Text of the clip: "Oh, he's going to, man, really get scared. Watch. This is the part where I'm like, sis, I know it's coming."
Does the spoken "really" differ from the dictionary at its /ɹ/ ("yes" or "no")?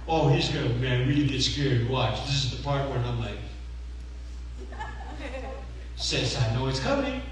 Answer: yes